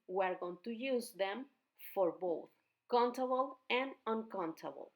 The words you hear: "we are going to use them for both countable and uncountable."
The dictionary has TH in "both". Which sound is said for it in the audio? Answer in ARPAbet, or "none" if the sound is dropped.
T